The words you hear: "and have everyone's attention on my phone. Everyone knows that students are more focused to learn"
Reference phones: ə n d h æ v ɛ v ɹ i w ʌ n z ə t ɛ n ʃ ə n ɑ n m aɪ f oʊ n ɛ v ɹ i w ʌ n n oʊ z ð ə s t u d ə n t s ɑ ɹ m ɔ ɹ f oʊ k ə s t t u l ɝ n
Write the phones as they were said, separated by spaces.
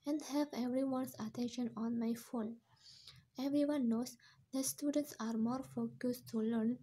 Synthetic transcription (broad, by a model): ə n d h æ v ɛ v ɹ i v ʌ n s ə t ɛ n ʃ ə n ɑ n m aɪ f oʊ n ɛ v ɹ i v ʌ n n oʊ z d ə s t u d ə n t s ɑ ɹ m ɔ ɹ f oʊ k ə s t t u l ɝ n